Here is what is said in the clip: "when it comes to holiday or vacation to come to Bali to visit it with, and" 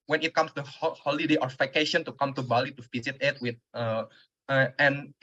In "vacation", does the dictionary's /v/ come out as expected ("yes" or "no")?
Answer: no